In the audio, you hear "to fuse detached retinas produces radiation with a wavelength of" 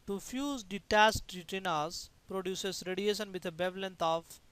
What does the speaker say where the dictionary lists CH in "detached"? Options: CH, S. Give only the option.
S